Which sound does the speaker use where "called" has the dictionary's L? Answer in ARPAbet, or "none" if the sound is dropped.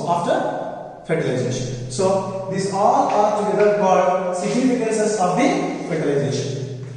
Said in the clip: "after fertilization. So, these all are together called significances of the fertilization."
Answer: none